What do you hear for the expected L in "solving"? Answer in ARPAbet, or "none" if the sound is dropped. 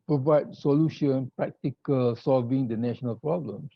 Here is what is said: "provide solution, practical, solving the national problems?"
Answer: L